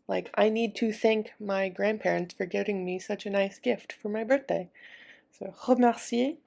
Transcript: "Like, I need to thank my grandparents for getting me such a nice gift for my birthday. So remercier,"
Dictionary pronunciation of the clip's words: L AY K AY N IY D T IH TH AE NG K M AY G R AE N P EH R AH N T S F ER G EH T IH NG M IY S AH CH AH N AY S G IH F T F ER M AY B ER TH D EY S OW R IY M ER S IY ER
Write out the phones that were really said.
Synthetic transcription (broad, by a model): L AY K AY N IY D T IH TH AE NG K M AY G R AE N P EH R AH N T S F ER G EH T IH NG M IY S AH CH AH N AY S G IH F T F ER M AY B ER TH D EY S OW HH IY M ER S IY